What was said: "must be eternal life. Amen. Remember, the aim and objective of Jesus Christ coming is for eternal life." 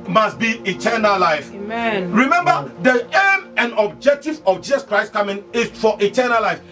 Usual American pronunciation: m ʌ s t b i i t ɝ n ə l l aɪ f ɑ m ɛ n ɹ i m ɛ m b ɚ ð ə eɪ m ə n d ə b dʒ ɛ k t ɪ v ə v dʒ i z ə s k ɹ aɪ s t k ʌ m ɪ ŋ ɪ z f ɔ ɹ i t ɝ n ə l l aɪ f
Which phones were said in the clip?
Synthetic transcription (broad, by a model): m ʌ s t b i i t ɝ n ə l l aɪ f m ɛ ɹ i m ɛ m b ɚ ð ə eɪ m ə n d ə b dʒ ɛ k t ɪ v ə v dʒ i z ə s k ɹ aɪ s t k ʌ m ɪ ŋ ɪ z f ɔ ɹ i t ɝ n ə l l aɪ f